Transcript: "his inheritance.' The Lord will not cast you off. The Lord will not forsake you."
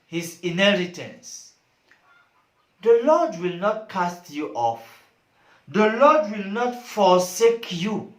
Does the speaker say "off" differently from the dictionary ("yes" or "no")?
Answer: no